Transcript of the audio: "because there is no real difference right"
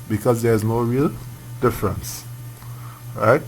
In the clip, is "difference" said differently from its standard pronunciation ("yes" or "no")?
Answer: no